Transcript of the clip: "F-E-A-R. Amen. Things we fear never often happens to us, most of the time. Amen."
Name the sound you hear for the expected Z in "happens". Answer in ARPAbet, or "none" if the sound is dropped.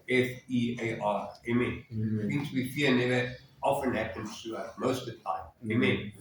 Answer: none